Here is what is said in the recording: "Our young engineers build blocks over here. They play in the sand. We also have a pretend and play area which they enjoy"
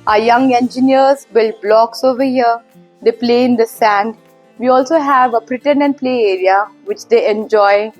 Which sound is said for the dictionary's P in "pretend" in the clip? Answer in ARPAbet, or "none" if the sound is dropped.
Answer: B